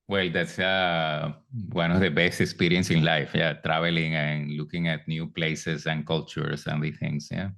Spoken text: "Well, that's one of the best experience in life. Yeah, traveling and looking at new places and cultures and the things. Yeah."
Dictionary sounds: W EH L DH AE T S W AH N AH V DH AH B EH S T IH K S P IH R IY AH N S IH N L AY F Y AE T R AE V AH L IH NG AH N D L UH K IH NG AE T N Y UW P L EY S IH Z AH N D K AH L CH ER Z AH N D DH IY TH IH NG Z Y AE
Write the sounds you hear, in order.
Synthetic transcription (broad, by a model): W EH L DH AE T S W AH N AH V DH AH B EH S T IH K S P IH R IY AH N S IH N L AY F Y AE T R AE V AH L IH NG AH N L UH K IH NG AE T N Y UW P L EY S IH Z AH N K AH L CH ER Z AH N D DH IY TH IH NG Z Y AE